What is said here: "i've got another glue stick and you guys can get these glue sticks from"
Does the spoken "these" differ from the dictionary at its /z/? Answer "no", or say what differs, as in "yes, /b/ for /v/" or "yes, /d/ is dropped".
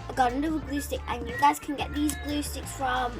no